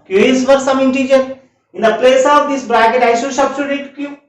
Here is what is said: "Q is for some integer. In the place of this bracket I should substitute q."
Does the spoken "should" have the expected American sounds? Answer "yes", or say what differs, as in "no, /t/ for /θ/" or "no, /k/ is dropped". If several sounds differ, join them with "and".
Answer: no, /s/ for /ʃ/